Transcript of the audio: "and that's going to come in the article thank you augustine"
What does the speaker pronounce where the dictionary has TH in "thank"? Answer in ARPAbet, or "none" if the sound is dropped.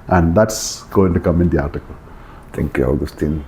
T